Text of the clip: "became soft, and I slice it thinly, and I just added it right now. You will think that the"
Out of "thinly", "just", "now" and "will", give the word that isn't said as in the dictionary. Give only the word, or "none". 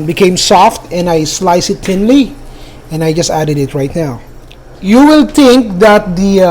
thinly